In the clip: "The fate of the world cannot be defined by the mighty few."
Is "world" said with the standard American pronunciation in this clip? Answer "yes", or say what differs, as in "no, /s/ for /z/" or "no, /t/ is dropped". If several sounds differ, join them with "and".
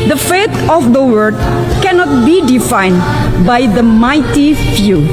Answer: no, /l/ is dropped